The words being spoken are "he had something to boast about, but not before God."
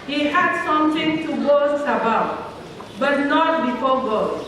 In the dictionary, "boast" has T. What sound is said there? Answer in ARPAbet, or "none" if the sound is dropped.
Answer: none